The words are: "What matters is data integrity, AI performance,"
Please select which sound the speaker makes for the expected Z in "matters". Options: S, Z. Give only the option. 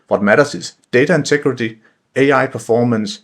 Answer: S